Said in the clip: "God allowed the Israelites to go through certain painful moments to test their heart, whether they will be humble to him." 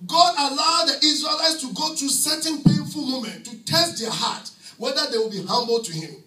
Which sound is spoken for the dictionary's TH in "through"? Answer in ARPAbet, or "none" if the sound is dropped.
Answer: T